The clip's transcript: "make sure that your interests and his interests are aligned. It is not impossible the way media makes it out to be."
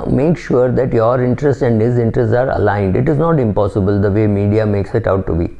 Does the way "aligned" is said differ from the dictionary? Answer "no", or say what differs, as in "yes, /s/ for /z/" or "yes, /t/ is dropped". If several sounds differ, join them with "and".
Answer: no